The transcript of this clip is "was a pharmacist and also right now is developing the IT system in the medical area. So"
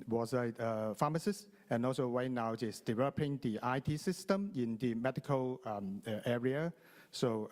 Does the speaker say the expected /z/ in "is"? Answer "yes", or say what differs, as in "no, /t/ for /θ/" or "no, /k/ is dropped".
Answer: no, /s/ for /z/